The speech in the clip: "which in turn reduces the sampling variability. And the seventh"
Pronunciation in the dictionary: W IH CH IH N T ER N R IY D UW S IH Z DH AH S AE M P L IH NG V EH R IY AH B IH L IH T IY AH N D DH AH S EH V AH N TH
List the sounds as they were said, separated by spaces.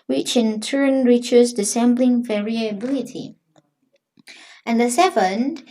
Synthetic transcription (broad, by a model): W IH CH IH N T ER N R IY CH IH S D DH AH S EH M B L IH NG V EH R IY AH B IH L IH T IY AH N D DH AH S EH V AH N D